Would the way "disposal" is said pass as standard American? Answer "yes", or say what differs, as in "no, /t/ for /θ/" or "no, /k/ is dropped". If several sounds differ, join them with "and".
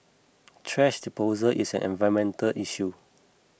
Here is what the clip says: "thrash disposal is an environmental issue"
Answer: no, /s/ is dropped